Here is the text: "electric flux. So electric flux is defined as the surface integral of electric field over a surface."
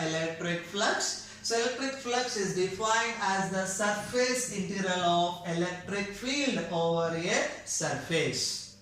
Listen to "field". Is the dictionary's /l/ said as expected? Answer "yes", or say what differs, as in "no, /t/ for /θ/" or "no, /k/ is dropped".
yes